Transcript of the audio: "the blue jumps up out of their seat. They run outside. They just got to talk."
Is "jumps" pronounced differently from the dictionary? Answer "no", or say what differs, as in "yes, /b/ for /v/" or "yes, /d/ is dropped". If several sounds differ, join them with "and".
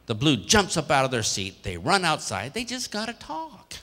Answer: no